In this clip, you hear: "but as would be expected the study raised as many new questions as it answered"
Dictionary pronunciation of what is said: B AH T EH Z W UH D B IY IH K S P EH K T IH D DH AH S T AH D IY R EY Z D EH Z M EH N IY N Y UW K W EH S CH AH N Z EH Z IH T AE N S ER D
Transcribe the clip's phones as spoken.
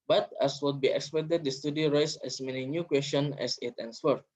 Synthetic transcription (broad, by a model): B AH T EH S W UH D B IY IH K S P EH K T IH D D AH S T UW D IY R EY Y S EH S M EH N IY N Y UW K W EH S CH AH N EH S IH T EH N S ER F